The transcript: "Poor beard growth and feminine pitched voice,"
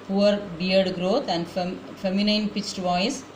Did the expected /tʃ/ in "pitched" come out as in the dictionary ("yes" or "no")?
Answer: yes